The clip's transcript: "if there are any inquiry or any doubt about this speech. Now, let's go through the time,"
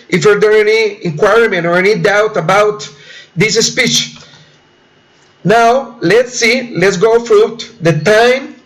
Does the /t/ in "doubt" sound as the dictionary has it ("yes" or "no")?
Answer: yes